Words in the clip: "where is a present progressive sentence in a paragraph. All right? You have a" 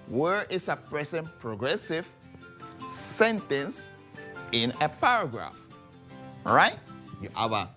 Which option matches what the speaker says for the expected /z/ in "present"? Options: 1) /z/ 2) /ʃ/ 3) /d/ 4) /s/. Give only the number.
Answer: 4